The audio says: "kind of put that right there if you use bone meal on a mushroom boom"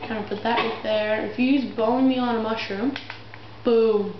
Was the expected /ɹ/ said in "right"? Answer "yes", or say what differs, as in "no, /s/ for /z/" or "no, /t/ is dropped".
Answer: no, /w/ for /ɹ/